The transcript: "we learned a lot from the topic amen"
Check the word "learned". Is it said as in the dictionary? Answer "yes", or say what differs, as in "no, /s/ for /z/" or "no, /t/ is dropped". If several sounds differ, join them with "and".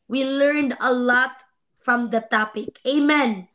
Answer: yes